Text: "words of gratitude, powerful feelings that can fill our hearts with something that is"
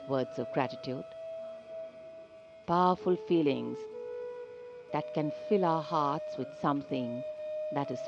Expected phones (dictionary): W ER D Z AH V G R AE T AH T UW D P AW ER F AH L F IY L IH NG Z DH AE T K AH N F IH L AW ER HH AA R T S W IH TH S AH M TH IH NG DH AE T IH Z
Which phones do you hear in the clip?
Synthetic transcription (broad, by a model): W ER D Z AH V G R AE T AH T UW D P AW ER F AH L F IY L IH NG Z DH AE T K AH N F IH L AW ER HH AA R T S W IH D S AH M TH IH NG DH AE T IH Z